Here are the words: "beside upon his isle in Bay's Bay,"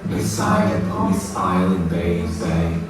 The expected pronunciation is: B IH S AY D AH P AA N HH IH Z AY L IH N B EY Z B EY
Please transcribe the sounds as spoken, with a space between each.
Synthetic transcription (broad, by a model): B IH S AY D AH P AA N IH S AY L IH N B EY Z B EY